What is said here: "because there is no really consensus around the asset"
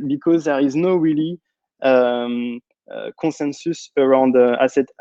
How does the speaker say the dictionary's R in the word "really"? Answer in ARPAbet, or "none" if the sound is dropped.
W